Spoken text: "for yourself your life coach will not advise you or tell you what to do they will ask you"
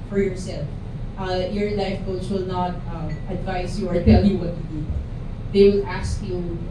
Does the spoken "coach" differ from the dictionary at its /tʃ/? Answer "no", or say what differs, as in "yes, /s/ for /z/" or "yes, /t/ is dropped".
yes, /s/ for /tʃ/